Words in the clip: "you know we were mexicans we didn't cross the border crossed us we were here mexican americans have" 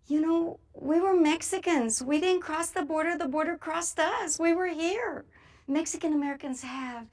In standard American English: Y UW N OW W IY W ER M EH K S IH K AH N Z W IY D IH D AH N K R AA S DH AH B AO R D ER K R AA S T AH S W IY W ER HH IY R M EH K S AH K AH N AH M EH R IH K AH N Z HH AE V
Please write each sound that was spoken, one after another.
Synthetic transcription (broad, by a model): Y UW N OW W IY W ER M EH K S IH K AH N Z W IY D IH D N K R AA S DH AH B AO R D ER K R AA S T AH S W IY W ER HH IY R M EH K S AH K AH N AH M EH R IH K AH N Z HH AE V